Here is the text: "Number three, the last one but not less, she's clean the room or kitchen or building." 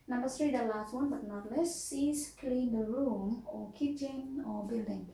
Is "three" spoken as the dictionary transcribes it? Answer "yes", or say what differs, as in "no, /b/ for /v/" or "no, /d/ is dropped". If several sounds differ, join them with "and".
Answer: no, /t/ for /θ/